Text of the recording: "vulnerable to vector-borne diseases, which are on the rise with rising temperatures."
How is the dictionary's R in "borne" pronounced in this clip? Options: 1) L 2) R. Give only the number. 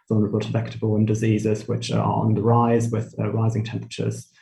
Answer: 1